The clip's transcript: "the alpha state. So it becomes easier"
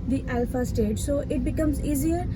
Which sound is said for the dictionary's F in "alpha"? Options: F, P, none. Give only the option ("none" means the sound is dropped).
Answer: F